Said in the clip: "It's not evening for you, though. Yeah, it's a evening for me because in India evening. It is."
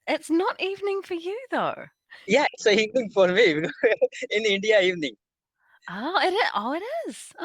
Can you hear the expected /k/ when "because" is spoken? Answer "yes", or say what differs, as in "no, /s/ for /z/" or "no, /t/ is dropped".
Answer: no, /k/ is dropped